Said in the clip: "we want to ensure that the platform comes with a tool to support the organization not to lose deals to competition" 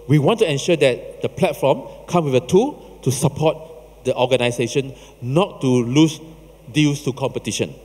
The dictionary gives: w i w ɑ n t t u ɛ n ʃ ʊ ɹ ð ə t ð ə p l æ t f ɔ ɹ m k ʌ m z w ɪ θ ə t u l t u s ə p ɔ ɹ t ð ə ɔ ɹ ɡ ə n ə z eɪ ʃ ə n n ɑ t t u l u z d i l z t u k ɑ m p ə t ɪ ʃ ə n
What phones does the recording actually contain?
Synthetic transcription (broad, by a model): w i w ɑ n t t u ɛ n ʃ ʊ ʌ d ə t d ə p l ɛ t f ɔ m k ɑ m w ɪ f ə t u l t u s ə p ɔ t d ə ɔ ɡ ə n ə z eɪ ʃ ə n n ɑ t t u l u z d i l s t u k ɑ m p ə t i ʃ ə n